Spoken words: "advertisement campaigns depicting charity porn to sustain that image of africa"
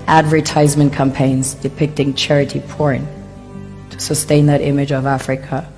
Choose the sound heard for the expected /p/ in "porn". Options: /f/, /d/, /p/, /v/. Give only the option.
/p/